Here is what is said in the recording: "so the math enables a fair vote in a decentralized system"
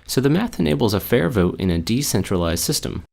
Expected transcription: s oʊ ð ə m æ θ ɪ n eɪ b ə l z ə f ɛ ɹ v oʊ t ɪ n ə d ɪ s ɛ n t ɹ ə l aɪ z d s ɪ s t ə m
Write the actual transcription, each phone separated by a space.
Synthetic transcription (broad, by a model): s oʊ ð ə m æ θ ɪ n eɪ b l z ə f ɛ ɹ v oʊ t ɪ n ə d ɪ s ɛ n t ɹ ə l aɪ z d s ɪ s t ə m